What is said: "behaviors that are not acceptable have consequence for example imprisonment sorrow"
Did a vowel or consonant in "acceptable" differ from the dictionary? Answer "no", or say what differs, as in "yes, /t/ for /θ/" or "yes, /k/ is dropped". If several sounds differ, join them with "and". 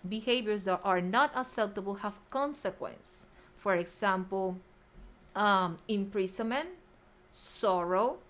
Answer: yes, /k/ is dropped